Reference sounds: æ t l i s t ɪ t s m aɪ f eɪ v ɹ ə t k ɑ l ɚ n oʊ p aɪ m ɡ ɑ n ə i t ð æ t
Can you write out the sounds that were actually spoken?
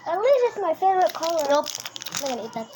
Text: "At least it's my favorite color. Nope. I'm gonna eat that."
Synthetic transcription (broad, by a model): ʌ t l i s ɪ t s m aɪ f eɪ v ɹ ə t k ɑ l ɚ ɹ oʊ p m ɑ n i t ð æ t